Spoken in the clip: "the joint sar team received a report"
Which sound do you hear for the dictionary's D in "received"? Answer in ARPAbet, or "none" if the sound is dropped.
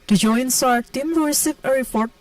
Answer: none